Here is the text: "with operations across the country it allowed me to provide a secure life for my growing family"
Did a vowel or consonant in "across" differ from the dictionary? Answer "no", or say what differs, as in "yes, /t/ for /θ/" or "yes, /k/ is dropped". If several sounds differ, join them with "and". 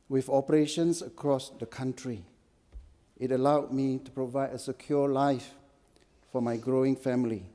no